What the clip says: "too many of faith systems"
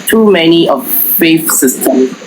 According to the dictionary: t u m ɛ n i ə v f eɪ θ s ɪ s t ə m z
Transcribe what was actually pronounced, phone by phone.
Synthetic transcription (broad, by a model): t u m ɛ n i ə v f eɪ f s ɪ s t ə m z